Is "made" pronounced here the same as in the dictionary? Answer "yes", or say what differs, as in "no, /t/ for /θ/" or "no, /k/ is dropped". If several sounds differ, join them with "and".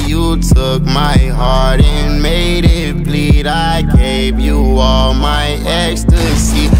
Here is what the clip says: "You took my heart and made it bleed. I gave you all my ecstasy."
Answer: yes